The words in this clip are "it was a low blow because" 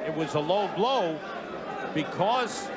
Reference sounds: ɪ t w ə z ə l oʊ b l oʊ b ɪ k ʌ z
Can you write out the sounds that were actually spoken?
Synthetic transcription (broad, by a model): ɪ t w ə z ə l oʊ b l oʊ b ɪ k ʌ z